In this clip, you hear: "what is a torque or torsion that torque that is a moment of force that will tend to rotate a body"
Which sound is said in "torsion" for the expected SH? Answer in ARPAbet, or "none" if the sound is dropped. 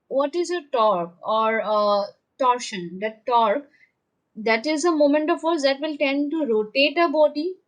SH